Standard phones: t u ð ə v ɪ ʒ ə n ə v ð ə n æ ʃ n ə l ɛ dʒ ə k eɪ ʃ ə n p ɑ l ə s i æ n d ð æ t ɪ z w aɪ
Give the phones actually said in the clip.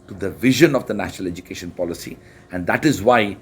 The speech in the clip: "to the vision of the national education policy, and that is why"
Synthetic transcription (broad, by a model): t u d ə v ɪ ʒ ə n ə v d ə n æ ʃ n ə l ɛ dʒ ə k eɪ ʃ ə n p ɑ l ə s i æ n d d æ t ɪ z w aɪ